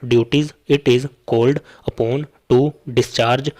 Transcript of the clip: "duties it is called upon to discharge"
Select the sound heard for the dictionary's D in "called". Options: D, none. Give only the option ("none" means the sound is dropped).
D